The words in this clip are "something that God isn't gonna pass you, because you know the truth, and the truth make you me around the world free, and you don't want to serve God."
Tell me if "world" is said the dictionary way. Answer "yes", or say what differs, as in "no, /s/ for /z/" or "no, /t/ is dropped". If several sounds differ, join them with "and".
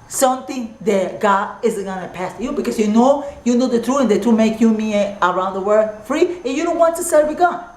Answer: no, /l/ is dropped